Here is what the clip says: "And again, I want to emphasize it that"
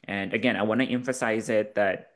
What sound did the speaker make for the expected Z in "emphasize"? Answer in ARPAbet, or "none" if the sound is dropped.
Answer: Z